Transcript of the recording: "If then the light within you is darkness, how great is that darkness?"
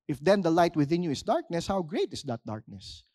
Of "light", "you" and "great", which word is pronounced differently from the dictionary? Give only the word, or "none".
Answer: none